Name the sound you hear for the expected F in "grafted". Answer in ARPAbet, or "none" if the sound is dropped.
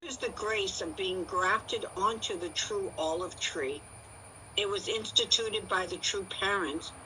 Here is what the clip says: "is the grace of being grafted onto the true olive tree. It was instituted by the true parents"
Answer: F